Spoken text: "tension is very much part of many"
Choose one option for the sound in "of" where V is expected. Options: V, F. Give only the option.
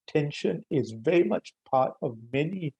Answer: V